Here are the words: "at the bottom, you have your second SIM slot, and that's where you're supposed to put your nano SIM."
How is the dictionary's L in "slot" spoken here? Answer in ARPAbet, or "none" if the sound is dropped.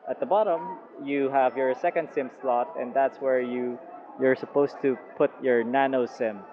L